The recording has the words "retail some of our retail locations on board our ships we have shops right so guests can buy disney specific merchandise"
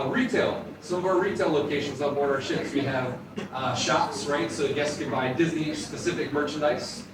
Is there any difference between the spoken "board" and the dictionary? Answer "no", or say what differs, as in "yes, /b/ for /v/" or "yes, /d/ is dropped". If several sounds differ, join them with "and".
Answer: yes, /d/ is dropped